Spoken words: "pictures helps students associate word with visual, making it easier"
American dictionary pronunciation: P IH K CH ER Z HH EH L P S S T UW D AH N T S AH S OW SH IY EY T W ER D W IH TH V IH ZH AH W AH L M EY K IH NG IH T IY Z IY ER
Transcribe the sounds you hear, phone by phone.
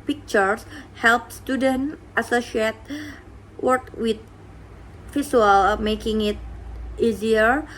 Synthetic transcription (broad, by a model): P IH K CH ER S HH EH L P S S T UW D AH N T AH S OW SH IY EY T W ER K W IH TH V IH S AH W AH L M EY K IH NG IH T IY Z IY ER